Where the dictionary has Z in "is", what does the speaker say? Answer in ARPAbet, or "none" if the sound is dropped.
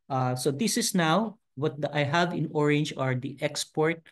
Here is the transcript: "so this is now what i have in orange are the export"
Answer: S